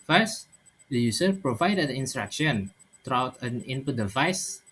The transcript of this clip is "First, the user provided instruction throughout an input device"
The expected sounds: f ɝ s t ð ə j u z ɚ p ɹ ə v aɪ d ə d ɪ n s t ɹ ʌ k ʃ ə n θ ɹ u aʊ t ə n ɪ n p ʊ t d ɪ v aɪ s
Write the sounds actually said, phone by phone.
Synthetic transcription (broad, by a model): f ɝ s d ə j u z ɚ p ɹ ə v aɪ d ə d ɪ n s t ɹ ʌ k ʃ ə n t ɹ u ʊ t ə n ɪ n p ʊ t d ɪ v aɪ s